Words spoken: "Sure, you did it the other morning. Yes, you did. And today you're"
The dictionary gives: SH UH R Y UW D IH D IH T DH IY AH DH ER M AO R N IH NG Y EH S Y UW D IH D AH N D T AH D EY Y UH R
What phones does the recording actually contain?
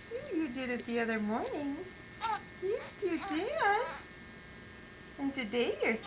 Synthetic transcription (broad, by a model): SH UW Y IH D IH D IH T DH IY AH DH ER M AO R N IH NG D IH Y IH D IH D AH N T AH D EY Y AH R